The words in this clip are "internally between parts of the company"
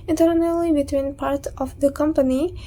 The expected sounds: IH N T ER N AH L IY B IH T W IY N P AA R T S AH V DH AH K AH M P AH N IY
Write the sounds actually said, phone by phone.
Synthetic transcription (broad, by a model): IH N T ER N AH L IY B IH T W IY N P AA R T AH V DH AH K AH M P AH N IY